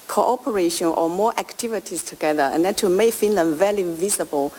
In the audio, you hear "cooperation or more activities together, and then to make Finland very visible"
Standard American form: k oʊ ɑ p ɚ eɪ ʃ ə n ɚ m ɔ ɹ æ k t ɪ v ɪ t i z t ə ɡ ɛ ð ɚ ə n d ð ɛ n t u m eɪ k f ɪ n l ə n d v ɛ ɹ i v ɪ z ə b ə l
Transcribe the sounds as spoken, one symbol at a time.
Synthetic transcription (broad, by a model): k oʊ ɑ p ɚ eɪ ʃ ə n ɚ m ɔ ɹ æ k t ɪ v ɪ t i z t ə ɡ ɛ ð ɚ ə n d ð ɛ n t u m eɪ k f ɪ n l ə n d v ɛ l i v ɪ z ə b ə l